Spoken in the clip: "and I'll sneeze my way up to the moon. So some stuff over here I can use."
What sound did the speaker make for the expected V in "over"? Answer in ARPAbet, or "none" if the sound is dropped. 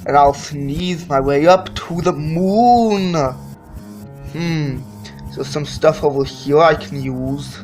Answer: W